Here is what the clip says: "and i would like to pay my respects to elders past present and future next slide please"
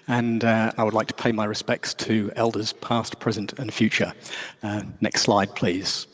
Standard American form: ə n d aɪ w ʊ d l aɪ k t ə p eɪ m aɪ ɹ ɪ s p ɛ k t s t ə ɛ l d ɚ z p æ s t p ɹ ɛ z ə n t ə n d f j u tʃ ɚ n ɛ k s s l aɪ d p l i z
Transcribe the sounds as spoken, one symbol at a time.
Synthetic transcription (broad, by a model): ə n aɪ w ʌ d l aɪ k t ə p eɪ m aɪ ɹ ɪ s p ɛ k t s t ə ɛ l d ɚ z p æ s t p ɹ ɛ z ə n t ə n f j u tʃ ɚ n ɛ k s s l aɪ d p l i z